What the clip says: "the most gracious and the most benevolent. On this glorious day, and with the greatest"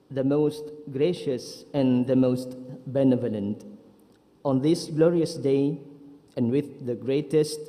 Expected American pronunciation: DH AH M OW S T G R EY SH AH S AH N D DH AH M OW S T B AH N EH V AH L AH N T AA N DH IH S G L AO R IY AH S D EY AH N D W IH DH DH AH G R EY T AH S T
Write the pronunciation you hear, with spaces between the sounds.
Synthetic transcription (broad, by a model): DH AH M OW S T G R EY SH AH S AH N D DH AH M OW S T B AH N EH V AH L AH N T AA N DH IH S G L AO R IY AH S D EY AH N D W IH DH DH AH G R EY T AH S T